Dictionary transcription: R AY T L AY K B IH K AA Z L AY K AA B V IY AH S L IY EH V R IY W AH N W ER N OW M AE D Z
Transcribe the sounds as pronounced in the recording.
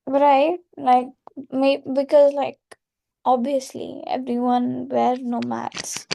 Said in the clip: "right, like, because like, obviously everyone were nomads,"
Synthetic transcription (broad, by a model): R AY T L AY K B IH K AA Z L AY K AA B IY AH S L IY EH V R IY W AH N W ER N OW M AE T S